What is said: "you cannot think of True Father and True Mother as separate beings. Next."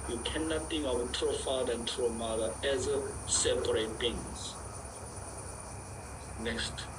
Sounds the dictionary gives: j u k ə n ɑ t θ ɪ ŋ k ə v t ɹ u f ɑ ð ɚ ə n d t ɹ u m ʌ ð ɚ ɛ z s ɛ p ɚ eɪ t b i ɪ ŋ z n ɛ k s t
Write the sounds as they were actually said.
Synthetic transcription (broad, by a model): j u k ə n ɑ t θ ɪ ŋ ə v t ɹ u f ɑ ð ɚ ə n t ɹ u m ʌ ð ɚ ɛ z s ɛ p ɚ eɪ t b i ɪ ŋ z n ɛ k s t